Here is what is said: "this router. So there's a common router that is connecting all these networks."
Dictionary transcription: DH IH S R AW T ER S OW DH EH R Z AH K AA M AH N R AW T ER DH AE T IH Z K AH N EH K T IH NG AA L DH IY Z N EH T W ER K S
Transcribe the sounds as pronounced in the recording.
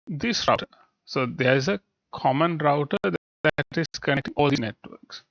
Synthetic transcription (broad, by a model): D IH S R AW T ER S OW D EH R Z AH K AA M AH N R AW T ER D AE T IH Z K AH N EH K T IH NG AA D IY N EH T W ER K S